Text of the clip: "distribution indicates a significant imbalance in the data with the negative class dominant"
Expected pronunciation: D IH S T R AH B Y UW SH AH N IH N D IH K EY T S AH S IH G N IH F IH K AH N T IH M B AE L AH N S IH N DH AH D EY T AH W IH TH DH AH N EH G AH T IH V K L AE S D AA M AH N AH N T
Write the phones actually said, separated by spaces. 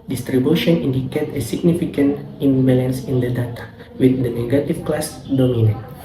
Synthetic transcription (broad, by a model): D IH S T R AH B Y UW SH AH N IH N D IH K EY T AH S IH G N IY F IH K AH N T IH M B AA L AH N S IH N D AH D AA T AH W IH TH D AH N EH G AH T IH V K L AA S D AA M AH N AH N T